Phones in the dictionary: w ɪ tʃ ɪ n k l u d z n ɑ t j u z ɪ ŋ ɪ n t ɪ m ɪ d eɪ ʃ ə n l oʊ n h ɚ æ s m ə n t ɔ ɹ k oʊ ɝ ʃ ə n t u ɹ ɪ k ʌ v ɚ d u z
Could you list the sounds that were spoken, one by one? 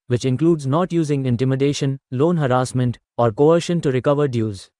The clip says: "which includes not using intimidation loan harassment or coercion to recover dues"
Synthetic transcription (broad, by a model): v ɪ tʃ ɪ n k l u d z n ɑ t j u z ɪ ŋ ɪ n t ɪ m ɪ d eɪ ʃ ə n l oʊ n h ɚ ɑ s m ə n t ɔ ɹ k oʊ ɝ ʃ ə n t u ɹ ɪ k ʌ v ɚ d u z